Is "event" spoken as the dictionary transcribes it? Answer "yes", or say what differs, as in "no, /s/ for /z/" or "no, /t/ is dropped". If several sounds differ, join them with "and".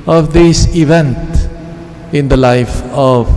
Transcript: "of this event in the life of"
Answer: yes